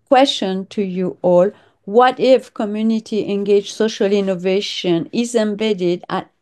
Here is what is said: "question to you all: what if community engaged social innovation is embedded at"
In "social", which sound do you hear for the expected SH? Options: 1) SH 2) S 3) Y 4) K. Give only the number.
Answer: 1